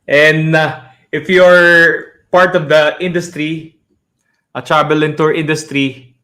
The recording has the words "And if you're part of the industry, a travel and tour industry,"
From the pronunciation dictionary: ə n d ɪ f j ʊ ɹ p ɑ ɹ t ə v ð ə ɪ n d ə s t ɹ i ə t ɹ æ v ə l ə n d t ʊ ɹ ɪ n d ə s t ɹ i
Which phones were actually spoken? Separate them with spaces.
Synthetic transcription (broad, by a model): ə n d ɪ f j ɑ ɹ p ɑ ɹ t ə v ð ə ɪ n d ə s t ɹ i ə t ɹ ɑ b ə l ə n t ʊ ɹ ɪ n d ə s t ɹ i